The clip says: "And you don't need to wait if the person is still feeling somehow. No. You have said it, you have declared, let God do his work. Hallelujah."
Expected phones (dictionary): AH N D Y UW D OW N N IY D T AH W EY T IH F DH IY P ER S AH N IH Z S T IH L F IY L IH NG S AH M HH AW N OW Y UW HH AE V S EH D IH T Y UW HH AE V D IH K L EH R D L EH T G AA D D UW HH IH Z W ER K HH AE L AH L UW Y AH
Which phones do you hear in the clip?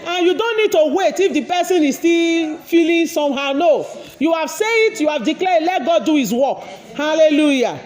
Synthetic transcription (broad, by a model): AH N Y UW D OW N N IY D T AH W EY T IH F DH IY P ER S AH N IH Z S T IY L F IY L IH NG S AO M HH AW N OW Y UW HH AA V S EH IH T Y UW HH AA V D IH K L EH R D L EH T G AA D D UW HH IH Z W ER K HH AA L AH L UW Y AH